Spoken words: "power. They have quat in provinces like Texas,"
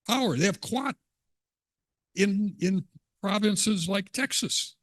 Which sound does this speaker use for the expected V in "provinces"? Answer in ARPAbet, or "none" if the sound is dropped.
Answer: V